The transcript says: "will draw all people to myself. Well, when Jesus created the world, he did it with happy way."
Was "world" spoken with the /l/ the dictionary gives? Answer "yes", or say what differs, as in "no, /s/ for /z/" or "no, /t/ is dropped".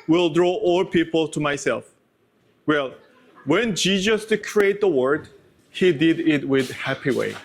no, /l/ is dropped